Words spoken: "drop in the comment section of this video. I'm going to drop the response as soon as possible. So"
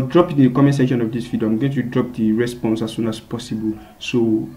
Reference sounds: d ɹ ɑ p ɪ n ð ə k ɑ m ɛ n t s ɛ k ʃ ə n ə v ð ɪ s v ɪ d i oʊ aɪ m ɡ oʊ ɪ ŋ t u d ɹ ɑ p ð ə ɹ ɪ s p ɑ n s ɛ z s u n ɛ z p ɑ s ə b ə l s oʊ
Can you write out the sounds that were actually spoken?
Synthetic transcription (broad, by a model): d ɹ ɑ p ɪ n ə k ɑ m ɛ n s ɛ k ʃ ə n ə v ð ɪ s f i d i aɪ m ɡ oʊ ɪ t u d ɹ ɑ p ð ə ɹ ɪ s p ɑ n s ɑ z s u n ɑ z p ɑ s ə b ə l s oʊ